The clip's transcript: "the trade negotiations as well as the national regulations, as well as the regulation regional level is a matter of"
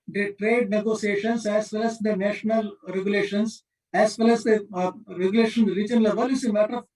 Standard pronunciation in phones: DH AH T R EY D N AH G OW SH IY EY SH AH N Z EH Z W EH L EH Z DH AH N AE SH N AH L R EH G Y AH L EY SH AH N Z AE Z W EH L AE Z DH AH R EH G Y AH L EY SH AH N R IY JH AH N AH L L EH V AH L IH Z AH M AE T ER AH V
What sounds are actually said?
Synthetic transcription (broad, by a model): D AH T R EY D N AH G OW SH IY EY SH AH N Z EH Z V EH L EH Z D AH N AE SH N AH L R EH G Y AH L EY SH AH N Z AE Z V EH L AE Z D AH R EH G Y L EY SH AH N R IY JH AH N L L EH V AH L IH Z AH M AE T ER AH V